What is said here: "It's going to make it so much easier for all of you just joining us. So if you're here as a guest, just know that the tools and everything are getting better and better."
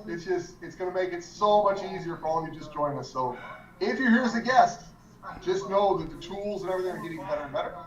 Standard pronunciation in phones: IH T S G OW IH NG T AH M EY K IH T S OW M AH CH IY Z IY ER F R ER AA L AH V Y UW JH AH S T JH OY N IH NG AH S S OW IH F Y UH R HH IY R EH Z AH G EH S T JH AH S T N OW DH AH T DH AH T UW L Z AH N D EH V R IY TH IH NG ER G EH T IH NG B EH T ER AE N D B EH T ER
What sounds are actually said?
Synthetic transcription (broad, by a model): IH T S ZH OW IH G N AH M EY K IH T S OW M AH CH IY Z IY ER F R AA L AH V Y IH JH AH S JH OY IH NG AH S S OW IH F Y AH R HH IY R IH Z AH G EH S T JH AH S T N OW DH AH T DH AH T UW L Z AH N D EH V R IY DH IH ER G EH T IH NG B EH T ER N B EH T ER